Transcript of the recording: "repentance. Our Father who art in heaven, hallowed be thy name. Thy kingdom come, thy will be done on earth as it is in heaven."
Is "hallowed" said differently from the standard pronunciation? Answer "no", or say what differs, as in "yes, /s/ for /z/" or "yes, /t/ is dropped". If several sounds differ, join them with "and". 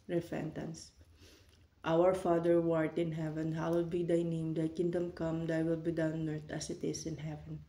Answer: yes, /w/ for /l/